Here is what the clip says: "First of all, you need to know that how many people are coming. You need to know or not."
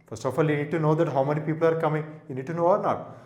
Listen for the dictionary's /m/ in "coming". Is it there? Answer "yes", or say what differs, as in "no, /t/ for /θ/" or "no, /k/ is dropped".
yes